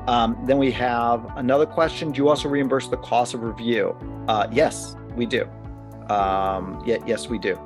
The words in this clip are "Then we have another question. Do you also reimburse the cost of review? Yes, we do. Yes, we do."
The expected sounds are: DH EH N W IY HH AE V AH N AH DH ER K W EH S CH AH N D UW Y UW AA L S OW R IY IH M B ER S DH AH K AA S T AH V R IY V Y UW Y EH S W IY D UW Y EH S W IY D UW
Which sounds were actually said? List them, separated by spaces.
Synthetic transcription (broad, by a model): DH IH N W IY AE V AH N AH DH ER K W EH S CH AH N D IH Y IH AA L S OW R IY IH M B ER S DH AH K AA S AH V R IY V Y UW Y EH S W IY D UW Y EH S W IY D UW